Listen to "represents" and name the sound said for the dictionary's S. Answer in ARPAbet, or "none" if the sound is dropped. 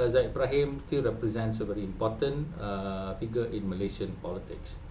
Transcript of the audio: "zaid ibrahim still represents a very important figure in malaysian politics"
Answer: S